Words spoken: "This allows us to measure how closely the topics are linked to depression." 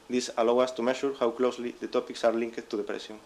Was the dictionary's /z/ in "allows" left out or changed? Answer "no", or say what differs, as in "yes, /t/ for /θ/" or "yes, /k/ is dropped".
yes, /z/ is dropped